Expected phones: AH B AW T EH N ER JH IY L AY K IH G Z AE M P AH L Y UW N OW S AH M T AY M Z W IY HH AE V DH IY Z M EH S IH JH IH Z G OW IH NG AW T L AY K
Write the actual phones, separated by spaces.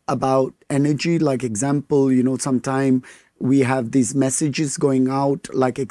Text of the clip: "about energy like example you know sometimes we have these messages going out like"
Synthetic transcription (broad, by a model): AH B AW T EH N ER JH IY L AY K IH G Z AE M P AH L Y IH N OW S AH M T AY M W IY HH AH V DH IY Z M EH S IH JH IH Z G OW IH NG AW T L AY K